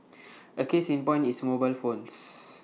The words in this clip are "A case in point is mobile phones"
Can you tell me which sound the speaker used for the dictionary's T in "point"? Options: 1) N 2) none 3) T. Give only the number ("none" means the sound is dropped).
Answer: 2